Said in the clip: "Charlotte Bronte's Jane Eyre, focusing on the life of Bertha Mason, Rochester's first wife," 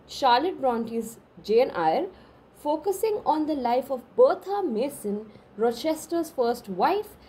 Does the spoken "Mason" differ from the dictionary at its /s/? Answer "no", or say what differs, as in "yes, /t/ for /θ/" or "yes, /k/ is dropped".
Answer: no